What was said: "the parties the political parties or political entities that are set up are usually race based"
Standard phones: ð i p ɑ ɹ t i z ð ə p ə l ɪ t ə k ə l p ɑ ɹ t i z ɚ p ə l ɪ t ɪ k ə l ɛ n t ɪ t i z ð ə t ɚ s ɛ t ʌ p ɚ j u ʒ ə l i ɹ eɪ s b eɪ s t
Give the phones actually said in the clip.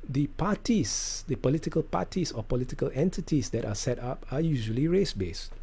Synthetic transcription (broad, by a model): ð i p ɑ t i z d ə p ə l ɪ t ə k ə l p ɑ t i s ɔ p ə l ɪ t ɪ k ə l ɛ n t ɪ t i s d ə t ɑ s ɛ t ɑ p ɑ j u ʒ ə l i ɹ eɪ s b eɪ s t